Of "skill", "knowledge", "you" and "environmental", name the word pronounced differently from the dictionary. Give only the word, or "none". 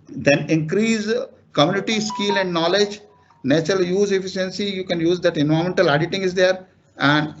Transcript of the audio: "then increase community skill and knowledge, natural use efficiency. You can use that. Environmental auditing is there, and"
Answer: environmental